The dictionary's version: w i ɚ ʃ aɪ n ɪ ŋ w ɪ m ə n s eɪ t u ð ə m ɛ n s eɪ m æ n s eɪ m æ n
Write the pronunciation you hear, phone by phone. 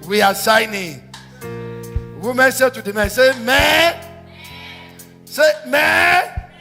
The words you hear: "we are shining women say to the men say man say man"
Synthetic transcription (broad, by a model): w i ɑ s aɪ n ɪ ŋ w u m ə n s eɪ t u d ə m ɛ n s eɪ m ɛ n s eɪ m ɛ